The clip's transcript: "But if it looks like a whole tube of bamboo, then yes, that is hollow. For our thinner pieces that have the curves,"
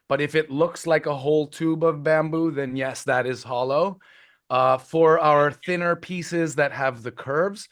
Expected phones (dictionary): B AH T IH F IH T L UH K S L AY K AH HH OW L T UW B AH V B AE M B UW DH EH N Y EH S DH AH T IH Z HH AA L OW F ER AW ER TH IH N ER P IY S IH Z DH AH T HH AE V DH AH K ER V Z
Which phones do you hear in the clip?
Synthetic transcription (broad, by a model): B AH T IH F IH T L UH K S L AY K AH HH OW L T UW B AH V B AE M B UW DH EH N Y EH S DH AH T IH Z HH AA L OW F ER AW ER TH IH N ER P IY S IH Z DH AH T HH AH V DH AH K ER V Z